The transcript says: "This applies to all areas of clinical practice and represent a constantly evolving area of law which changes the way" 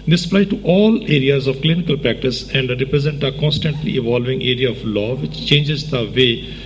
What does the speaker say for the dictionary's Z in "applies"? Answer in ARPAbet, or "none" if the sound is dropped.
none